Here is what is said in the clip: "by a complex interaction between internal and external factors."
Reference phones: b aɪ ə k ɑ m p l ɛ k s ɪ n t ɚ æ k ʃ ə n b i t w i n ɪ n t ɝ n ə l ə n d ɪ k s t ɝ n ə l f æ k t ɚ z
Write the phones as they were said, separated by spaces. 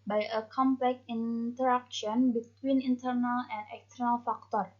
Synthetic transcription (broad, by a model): b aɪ ə k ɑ m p l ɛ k ɪ n t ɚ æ k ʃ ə n b i t w i n ɪ n t ɝ n ə l ə n d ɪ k s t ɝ n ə l f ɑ k t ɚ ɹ